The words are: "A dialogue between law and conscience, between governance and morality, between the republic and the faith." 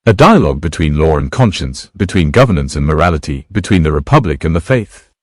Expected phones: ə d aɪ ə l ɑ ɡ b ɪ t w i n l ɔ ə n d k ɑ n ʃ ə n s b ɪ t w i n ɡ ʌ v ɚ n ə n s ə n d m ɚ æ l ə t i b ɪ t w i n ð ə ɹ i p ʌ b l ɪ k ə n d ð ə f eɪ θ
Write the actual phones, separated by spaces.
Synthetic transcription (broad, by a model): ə d aɪ ə l ɑ ɡ b ɪ t w i n l ɔ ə n k ɑ n ʃ ə n s b ɪ t w i n ɡ ʌ v ɚ n ə n s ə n m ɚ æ l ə t i b ɪ t w i n ð ə ɹ i p ʌ b l ɪ k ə n ð ə f eɪ θ